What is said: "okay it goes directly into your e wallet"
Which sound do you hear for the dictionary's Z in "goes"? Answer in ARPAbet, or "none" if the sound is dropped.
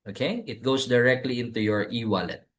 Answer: S